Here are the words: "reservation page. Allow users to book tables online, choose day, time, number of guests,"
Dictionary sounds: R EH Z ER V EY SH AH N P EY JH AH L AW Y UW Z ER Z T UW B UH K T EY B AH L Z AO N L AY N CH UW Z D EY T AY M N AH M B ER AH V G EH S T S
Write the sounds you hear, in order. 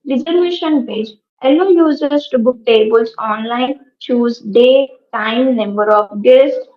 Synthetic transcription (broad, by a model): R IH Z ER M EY SH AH N P EY JH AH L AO Y UW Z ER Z T UW B UH K T EY B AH L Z AO N L AY N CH UW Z D EY T AY M N AH M B ER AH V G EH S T